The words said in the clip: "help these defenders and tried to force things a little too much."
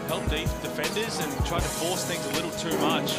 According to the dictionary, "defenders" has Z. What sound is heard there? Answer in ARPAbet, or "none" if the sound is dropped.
Z